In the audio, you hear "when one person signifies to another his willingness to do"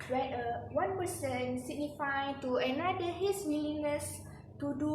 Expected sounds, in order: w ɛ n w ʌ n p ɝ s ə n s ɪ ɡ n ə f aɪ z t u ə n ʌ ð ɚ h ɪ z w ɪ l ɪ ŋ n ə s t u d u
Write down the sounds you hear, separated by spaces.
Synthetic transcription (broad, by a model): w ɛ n w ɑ n p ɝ s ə n s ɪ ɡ n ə f aɪ t u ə n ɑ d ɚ h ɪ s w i n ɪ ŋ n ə s t u d u